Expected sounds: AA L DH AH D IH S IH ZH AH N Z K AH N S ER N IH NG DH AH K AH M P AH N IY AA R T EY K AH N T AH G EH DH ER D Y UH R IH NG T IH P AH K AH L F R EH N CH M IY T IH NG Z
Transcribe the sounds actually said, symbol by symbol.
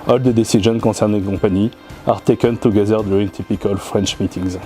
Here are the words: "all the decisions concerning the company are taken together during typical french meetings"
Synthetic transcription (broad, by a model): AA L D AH D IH S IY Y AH N K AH S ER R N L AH K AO P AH N IY AA R T EY K AH N T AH G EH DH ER D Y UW R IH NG T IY P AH K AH L F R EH N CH M IY T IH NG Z